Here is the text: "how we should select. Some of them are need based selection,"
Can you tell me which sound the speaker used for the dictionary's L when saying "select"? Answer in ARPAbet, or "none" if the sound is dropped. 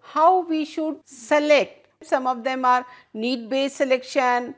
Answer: L